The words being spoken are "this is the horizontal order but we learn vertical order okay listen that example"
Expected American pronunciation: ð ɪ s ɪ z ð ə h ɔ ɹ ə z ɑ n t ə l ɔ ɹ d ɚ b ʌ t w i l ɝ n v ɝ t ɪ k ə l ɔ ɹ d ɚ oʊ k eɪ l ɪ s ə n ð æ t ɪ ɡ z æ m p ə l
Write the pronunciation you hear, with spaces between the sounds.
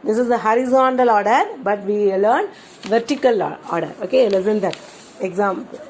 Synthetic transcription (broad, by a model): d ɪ s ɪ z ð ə h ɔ ɹ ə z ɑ n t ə l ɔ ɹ d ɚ b ʌ t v i l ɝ n v ɝ t ɪ k ə l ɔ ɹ d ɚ oʊ k eɪ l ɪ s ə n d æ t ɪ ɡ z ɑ m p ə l